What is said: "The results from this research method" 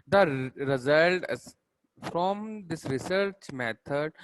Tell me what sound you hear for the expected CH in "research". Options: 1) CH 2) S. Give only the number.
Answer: 1